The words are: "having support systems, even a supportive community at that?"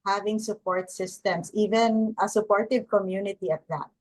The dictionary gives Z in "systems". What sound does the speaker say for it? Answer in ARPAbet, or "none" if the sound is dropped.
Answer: S